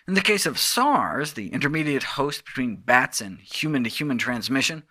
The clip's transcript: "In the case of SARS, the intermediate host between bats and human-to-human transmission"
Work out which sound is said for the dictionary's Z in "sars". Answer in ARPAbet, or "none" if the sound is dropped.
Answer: Z